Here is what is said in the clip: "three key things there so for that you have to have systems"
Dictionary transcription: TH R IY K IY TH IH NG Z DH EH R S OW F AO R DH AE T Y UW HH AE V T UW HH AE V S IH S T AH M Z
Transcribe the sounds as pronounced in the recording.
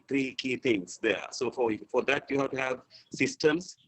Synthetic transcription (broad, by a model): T R IY K IY T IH NG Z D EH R S OW F AO R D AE T Y UW HH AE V T UW HH AE V S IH S T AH M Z